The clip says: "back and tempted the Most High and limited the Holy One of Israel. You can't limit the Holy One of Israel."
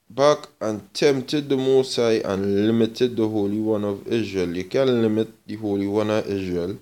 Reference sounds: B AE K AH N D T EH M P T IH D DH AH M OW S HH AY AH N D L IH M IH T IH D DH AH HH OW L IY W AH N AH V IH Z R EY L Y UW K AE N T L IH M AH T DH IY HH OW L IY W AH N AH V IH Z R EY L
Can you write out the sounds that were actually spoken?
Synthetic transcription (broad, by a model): B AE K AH N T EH M T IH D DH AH M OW S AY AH N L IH M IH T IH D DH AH HH OW L IY W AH N AH V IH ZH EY L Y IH K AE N L IH M AH T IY HH OW L IY W AH N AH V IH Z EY L